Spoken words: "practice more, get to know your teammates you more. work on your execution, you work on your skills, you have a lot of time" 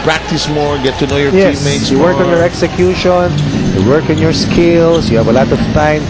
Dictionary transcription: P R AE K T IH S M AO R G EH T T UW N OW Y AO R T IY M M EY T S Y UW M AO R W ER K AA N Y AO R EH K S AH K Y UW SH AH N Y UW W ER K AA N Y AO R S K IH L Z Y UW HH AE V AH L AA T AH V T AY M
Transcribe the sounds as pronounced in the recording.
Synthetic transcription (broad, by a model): P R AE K T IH S M AO R G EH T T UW N OW Y AO R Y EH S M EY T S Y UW W ER K AA N Y AO R EH K S AH K Y UW SH AH N Y UW W ER K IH N Y AO R S K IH L S Y UW HH AE V AH L AA T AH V T AY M